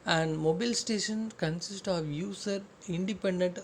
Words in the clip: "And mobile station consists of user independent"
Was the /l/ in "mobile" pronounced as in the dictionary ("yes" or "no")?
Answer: yes